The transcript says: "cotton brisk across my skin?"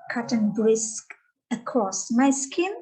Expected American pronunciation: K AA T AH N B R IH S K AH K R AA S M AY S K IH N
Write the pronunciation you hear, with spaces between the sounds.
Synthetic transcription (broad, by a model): K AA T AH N B R IH S K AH K AA S M AY S K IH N